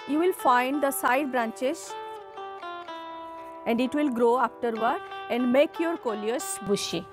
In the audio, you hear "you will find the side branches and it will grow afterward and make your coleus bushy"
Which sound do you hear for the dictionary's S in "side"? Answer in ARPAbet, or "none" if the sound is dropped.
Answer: S